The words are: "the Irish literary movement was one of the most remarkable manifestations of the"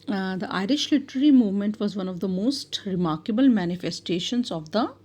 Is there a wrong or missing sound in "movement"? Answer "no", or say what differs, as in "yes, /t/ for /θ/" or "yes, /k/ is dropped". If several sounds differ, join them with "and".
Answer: no